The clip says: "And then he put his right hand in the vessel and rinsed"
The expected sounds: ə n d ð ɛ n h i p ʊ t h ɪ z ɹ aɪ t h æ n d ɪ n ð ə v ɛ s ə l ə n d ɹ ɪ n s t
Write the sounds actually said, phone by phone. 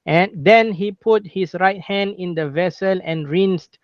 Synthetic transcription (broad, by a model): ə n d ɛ n h i p ʊ t h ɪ s ɹ aɪ t h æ n d ɪ n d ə v ɛ s ə l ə n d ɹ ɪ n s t